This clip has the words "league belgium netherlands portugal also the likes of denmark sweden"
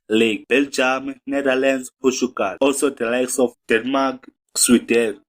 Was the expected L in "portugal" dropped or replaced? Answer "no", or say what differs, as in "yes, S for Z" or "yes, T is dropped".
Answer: yes, N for L